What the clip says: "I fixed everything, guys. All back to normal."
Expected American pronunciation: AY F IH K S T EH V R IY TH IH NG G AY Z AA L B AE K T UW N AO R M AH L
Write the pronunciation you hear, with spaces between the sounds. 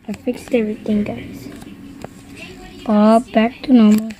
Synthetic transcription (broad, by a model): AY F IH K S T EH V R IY T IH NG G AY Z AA B AE K T UW N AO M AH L